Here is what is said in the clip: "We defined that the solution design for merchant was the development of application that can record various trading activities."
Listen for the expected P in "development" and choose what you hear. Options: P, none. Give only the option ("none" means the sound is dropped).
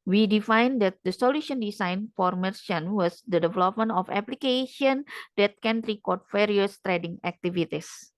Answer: P